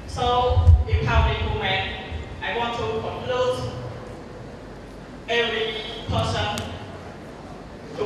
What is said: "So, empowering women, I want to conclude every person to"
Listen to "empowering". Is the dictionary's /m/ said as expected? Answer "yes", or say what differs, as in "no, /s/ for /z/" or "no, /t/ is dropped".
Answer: no, /m/ is dropped